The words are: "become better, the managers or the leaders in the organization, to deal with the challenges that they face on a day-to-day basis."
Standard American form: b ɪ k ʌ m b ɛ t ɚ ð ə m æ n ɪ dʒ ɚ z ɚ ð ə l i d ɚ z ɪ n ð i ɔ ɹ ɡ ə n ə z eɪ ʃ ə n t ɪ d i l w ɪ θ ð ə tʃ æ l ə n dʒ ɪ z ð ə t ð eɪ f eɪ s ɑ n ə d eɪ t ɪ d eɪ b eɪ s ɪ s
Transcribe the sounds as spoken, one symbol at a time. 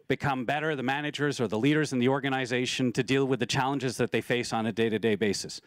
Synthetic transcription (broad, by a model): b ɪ k ʌ m b ɛ t ɚ ð ə m æ n ɪ dʒ ɚ z ɚ ð ə l i d ɚ z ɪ n ð i ɔ ɹ ɡ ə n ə z eɪ ʃ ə n t ɪ d i l w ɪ ð ə tʃ æ l ə n dʒ ɪ z ð ə t ð eɪ f eɪ s n ə d eɪ t ɪ d eɪ b eɪ s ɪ s